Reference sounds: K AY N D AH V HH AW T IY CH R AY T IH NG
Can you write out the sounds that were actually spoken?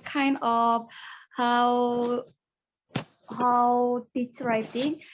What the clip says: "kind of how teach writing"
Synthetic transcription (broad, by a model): K AY N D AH W HH AW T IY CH R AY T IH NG